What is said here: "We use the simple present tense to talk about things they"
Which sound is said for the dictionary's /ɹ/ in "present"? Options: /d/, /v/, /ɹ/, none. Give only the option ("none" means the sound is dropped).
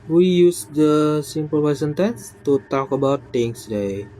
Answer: none